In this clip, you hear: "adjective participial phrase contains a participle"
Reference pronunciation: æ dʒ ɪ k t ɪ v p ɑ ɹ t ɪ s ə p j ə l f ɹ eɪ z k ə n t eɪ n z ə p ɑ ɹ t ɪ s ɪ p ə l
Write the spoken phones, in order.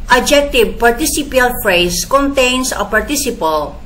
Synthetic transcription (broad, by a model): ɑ dʒ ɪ k t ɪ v p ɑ ɹ t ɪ s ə p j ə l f ɹ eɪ s k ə n t eɪ n s ə p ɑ ɹ t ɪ s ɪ p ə l